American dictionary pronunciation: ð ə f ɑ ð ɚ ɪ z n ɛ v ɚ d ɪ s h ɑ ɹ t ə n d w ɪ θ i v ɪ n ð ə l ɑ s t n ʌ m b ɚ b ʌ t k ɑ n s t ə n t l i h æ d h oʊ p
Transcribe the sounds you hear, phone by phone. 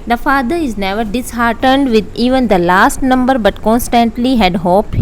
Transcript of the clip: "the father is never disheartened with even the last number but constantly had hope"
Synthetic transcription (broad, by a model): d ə f ɑ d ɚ ɪ z n ɛ v ɚ d ɪ s h ɑ ɹ t ə n d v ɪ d i v ɪ n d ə l ɑ s t n ʌ m b ɚ b ʌ t k ɑ n s t ə n t l i h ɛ d h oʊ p